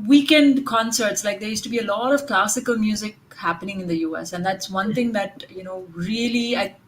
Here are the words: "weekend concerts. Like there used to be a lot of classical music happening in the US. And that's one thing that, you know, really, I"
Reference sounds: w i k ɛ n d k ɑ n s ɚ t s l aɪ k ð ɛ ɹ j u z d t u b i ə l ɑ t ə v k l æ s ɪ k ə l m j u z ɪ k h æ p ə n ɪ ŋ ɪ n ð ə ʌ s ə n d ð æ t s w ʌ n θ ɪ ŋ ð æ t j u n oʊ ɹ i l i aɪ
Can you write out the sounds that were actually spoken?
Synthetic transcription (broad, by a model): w i k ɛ n d k ɑ n s ɚ t s l aɪ k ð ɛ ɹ j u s t u b i ə l ɑ t ə v k l æ s ɪ k ə l m j u z ɪ k h æ p ə n ɪ ŋ ɪ n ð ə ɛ s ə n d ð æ t s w ʌ n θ ɪ ŋ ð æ t j u n oʊ ɹ i l i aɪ